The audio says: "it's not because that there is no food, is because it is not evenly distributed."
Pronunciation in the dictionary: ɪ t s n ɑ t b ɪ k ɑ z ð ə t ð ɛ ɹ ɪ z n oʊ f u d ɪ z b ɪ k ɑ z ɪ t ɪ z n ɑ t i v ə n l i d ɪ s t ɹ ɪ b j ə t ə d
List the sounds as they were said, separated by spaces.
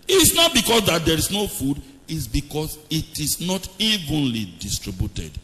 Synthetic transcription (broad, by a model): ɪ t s n ɑ t b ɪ k ɑ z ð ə t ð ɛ ɹ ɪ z n oʊ f u d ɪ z b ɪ k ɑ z ɪ t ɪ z n ɑ t i v ə n l i d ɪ s t ɹ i b j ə t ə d